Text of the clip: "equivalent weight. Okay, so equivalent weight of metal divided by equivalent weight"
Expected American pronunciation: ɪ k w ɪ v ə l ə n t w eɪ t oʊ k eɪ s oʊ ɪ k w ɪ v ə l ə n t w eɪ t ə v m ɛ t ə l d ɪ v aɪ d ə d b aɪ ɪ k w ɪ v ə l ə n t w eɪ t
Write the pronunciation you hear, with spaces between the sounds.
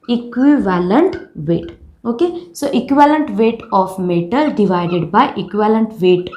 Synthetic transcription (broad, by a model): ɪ k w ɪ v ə l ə n t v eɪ t oʊ k eɪ s oʊ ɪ k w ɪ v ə l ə n t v eɪ t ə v m ɛ t ə l d ɪ v aɪ d ə d b aɪ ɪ k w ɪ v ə l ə n t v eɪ t